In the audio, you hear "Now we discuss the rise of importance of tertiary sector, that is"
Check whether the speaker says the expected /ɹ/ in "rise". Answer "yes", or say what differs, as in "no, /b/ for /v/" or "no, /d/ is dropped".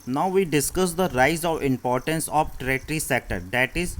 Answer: yes